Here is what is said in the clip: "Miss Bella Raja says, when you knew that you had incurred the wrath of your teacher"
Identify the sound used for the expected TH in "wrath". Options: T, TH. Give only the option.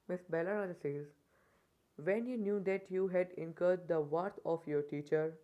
T